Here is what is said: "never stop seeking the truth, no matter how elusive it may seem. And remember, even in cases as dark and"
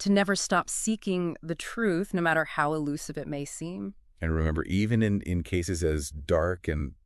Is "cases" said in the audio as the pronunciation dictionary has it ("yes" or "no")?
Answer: yes